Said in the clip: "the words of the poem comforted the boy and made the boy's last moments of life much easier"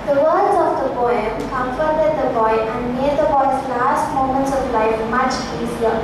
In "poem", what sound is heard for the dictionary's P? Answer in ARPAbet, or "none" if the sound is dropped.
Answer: B